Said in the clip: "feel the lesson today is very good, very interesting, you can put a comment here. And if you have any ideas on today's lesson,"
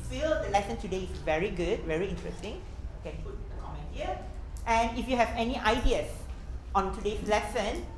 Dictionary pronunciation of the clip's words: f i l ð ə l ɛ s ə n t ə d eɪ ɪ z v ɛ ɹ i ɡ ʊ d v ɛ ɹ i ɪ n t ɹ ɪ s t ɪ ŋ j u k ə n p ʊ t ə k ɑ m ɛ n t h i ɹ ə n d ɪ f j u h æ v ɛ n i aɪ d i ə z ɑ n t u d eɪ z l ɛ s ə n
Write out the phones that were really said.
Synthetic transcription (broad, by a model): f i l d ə l ɛ s ə n t ə d eɪ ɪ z v ɛ ɹ i ɡ ʊ d v ɛ ɹ i ɪ n t ɹ ɪ s t ɪ ŋ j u k ə n p ʊ t ə k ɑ m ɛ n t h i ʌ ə n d ɪ f j u h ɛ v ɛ n i aɪ d i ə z ɑ n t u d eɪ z l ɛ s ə n